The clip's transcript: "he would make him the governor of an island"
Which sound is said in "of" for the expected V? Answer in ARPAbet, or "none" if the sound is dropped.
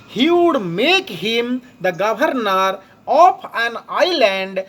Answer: P